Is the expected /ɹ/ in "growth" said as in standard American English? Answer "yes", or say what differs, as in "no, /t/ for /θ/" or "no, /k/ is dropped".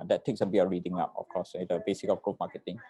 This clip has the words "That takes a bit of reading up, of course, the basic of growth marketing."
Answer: no, /ɹ/ is dropped